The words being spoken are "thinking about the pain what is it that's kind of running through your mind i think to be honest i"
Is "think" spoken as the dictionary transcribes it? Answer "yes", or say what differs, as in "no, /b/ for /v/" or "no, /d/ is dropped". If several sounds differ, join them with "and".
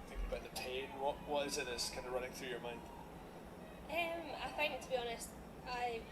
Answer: no, /f/ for /θ/